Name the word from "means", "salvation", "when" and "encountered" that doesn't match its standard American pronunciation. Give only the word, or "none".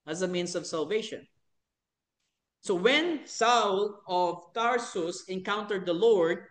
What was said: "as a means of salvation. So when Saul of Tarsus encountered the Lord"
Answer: means